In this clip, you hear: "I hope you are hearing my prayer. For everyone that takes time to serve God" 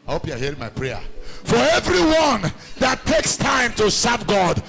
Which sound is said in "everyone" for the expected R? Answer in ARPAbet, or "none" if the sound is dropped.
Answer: R